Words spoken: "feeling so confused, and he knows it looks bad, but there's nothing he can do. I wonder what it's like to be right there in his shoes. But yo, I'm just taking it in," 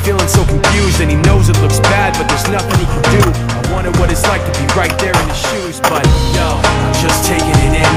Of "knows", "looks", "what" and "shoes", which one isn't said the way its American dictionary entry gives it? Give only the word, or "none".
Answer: none